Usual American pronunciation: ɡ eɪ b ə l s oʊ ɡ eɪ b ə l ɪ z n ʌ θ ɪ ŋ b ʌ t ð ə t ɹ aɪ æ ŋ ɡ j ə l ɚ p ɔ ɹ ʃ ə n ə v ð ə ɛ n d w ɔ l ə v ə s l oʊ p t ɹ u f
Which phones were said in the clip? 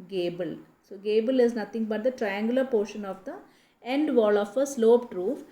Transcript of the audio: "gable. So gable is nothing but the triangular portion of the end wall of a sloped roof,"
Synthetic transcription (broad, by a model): ɡ eɪ b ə l s oʊ ɡ eɪ b ə l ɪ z n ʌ t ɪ ŋ b ʌ t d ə t ɹ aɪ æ ŋ ɡ j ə l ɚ p ɔ ɹ ʃ ə n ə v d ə ɛ n d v ɔ l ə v ə s l oʊ p t ɹ u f